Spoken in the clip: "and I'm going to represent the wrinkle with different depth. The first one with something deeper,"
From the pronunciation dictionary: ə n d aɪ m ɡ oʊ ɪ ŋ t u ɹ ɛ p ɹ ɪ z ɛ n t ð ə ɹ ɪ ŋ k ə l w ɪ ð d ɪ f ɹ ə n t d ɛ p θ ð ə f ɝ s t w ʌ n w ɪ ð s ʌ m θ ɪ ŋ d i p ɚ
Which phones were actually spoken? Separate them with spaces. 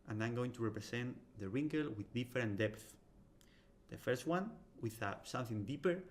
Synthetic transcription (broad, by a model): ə n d aɪ m ɡ oʊ ɪ ŋ t u ɹ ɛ p ɹ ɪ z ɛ n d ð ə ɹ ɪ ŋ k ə l w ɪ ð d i f ɹ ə n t d ɛ p θ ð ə f ɝ s t w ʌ n w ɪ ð s ʌ m θ ɪ ŋ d i p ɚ